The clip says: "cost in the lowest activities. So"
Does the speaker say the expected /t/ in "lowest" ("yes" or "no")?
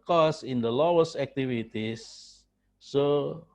no